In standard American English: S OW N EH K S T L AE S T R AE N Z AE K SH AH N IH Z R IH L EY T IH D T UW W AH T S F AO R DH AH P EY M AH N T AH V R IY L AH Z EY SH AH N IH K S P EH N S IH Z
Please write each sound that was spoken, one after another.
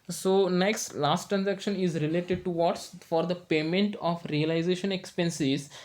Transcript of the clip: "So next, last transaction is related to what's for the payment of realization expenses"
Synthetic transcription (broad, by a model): S OW N EH K S T L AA S T R AE N Z AE K SH AH N IH Z R IH L EY T IH D T UW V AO T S F AO R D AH P EY M AH N T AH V R IY L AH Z EY SH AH N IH K S P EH N S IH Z